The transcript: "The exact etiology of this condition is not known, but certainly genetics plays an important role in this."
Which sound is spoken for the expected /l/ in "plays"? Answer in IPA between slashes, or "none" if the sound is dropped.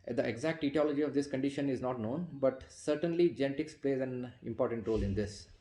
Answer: /l/